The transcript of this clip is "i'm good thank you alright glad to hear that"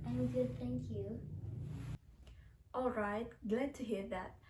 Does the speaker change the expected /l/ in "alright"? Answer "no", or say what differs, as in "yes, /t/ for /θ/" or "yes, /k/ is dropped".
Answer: no